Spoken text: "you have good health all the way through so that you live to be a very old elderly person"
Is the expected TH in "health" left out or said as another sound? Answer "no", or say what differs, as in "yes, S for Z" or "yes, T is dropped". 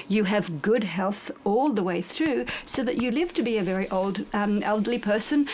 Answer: no